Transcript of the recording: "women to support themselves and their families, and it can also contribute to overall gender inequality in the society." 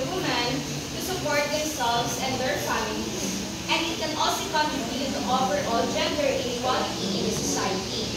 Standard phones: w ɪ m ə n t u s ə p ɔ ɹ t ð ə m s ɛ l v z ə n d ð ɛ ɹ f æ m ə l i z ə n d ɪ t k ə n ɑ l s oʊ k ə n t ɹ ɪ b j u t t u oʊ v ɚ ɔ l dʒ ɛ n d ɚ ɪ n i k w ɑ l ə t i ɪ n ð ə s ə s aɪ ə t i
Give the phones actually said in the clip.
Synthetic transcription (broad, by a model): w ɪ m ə n t u s ə p ɔ ɹ t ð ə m s ɛ l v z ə n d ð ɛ ɹ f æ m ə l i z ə n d ɪ t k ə n ɑ l s oʊ k ə n t ɹ ɪ b j u t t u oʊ f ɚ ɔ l dʒ ɛ n d ɚ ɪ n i k w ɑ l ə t i ɪ n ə s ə s aɪ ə t i